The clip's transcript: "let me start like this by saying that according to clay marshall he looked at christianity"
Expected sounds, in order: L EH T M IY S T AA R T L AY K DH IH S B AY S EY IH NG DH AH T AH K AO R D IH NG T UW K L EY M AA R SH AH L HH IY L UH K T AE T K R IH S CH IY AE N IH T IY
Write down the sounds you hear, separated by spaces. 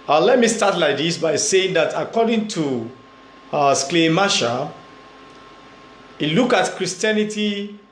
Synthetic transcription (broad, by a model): L EH T M IY S T AA T L AY K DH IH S B AY S EY IH NG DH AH T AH K AO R D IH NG T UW K L EY M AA SH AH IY L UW K AA T K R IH S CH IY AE N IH T IY